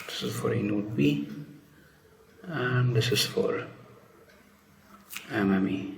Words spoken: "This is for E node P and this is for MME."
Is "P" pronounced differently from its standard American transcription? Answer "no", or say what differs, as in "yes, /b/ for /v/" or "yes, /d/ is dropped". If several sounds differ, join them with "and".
yes, /b/ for /p/